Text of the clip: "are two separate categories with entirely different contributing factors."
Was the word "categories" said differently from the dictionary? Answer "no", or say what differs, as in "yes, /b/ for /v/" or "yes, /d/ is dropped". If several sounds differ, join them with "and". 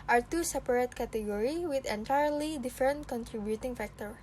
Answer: yes, /z/ is dropped